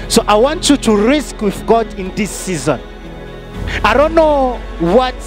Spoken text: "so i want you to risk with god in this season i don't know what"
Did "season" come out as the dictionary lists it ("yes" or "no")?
yes